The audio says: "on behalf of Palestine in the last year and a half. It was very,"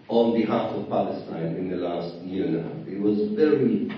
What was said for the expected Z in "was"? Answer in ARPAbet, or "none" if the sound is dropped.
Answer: Z